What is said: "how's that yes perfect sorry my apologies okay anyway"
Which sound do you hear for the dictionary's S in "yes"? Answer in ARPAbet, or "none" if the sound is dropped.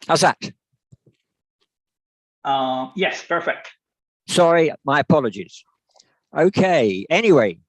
S